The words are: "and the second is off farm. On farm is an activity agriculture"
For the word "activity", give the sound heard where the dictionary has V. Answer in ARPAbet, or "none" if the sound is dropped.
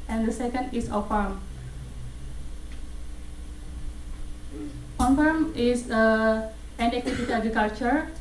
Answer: W